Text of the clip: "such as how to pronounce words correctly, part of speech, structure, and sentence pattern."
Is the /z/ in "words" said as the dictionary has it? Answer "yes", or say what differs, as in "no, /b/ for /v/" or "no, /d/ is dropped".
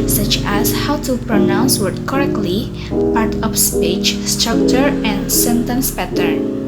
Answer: no, /z/ is dropped